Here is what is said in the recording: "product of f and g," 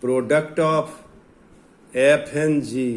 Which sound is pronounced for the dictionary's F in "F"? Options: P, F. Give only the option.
P